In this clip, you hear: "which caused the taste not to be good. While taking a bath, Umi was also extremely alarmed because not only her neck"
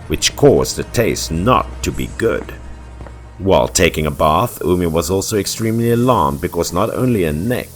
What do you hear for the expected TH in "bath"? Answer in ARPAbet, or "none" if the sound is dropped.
TH